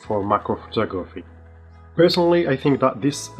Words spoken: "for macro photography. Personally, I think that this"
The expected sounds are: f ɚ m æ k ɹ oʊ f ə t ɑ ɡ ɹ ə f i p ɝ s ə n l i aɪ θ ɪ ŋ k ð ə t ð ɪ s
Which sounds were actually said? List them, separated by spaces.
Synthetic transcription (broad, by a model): f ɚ m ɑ k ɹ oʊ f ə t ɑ ɡ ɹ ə f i p ɝ s ə n l i aɪ θ ɪ ŋ k ð ə t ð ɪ s